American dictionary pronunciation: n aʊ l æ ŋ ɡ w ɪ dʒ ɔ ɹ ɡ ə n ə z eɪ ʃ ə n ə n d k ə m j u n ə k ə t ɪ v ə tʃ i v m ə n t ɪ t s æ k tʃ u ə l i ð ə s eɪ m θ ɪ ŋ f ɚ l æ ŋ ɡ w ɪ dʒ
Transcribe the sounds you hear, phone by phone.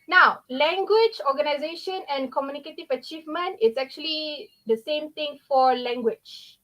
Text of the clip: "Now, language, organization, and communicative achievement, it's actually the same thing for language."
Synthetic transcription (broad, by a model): n aʊ l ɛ ŋ ɡ w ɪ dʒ ɔ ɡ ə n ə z eɪ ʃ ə n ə n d k ə m j u n ə k ə t ɪ v ə tʃ i v m ə n t ɪ t s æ k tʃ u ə l i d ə s eɪ m t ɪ ŋ f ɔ l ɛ ŋ ɡ w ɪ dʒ